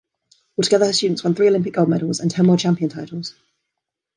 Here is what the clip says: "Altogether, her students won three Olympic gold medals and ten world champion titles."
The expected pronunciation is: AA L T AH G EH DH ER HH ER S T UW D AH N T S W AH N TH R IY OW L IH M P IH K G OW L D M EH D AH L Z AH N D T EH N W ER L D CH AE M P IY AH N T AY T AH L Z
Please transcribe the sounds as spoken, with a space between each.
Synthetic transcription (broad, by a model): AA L T AH G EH DH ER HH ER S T UW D N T S W AH N TH R IY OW L IH M P IH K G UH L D M EH D AH L Z AH N T EH N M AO CH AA M P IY AH N T AY T AH L Z